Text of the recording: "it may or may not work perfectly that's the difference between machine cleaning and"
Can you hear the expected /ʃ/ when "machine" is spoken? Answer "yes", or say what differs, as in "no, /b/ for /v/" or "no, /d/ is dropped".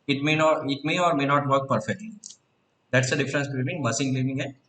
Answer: no, /s/ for /ʃ/